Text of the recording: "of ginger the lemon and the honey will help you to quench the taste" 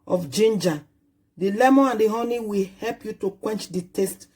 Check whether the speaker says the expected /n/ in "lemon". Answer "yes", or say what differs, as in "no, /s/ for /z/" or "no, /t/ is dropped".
no, /n/ is dropped